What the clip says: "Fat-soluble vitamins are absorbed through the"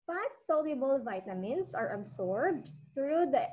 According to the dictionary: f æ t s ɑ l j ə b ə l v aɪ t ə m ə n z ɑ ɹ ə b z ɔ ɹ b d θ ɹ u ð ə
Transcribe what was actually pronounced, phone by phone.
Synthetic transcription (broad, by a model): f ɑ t s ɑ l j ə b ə l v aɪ t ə m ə n s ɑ ɹ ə b s ɔ ɹ b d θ ɹ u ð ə